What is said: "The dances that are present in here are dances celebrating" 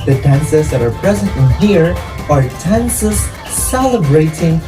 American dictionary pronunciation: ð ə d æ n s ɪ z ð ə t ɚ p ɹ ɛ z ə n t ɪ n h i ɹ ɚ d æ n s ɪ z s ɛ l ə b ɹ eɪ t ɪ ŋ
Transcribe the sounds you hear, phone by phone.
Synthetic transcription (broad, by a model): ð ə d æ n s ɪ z ð ə t ɚ p ɹ ɛ z ə n t ɪ n h i ɹ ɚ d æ n s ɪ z s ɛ l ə b ɹ eɪ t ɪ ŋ